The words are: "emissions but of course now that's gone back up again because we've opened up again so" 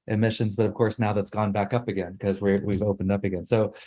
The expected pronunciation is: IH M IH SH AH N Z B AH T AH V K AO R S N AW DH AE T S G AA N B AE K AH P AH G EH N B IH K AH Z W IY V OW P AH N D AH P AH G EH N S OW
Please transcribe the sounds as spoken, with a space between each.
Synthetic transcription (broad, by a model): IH M IH SH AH N Z B AH T AH V K AO R S N AW DH AE T S G AA N B AE K AH P AH G EH N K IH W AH W IY V OW P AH N D AH P AH G EH N S OW